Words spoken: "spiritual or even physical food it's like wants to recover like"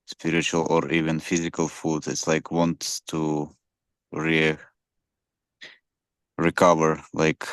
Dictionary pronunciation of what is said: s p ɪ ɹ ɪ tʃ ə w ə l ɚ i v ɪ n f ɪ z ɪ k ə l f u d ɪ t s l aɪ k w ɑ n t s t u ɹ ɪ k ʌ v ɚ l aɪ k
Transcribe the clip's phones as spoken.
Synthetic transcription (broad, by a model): s p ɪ ɹ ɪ tʃ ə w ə l ɚ i v ɪ n f ɪ z ɪ k ə l f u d ɪ t s l aɪ k w ɑ n t s t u ɹ ɪ k ʌ v ɚ l aɪ k